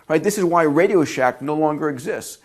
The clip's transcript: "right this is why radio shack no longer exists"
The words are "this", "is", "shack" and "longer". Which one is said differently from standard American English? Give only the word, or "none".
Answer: none